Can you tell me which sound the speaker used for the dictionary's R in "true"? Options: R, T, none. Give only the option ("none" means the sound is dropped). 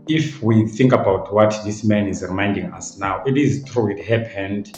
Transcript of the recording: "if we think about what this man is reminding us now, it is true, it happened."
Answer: R